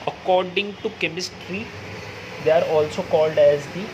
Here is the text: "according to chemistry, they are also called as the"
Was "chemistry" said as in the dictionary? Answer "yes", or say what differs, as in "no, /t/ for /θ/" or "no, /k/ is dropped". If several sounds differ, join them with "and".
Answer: yes